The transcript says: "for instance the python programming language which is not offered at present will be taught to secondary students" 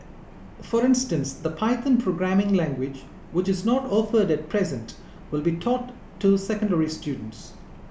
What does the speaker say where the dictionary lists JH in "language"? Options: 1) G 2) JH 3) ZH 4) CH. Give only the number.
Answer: 2